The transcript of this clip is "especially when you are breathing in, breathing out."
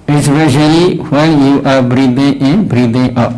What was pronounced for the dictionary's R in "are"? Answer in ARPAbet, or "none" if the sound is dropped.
R